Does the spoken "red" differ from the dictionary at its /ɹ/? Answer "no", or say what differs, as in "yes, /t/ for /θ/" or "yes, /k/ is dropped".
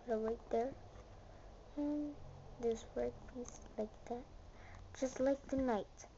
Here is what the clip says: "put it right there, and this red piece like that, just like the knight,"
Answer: yes, /w/ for /ɹ/